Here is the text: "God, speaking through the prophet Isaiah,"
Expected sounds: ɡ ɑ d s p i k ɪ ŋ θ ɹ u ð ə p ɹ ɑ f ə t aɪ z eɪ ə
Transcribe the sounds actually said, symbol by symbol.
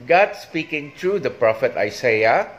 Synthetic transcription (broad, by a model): ɡ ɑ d s p i k ɪ ŋ t ɹ u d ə p ɹ ɑ f ə t aɪ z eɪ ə